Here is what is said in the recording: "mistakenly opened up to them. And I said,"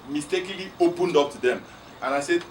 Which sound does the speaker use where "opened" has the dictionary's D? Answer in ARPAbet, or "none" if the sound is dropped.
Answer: D